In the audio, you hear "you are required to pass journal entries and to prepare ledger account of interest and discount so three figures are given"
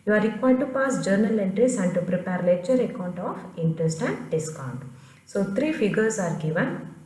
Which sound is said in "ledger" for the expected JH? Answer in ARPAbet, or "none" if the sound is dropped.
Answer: CH